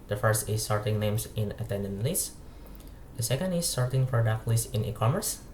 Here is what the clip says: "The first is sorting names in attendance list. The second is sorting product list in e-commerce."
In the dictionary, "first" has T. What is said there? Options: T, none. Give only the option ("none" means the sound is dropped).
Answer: T